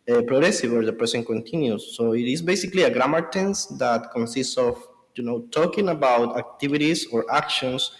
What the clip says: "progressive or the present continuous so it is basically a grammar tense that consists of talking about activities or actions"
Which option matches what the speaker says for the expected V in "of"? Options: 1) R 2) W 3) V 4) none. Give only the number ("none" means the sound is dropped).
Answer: 2